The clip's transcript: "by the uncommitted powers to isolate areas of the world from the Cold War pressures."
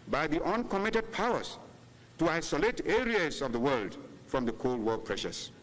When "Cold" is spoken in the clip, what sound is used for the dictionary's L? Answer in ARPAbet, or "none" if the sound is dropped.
L